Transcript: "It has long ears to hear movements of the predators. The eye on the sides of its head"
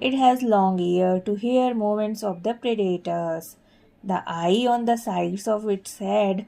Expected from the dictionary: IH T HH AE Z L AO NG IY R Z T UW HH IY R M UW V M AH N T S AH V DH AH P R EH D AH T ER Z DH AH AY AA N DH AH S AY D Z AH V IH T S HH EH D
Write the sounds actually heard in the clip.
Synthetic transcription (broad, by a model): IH T HH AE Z L AO NG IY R T UW HH IY R M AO M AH N T S AH V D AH P R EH D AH T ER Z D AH AY AA N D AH S AY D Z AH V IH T S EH D